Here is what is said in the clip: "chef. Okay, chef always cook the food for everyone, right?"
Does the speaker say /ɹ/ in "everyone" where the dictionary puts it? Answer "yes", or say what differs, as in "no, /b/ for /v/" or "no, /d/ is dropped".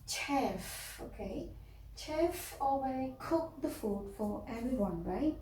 yes